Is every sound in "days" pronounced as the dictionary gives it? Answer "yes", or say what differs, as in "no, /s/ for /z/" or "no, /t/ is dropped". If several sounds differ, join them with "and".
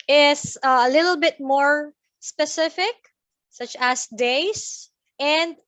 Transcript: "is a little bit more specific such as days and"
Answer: no, /s/ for /z/